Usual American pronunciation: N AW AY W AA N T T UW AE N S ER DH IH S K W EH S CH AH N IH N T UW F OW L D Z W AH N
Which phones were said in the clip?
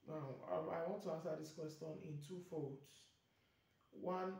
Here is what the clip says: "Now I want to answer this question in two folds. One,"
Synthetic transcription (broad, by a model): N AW AY W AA N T T UW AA N S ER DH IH S K W EH S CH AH N IH N T UW F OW D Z W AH N